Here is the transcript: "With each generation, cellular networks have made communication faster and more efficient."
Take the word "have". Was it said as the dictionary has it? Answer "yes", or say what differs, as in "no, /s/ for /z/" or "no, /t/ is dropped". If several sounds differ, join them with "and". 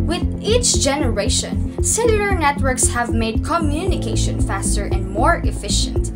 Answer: yes